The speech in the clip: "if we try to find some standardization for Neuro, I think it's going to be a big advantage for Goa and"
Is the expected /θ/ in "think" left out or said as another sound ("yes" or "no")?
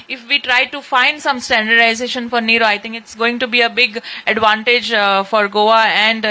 yes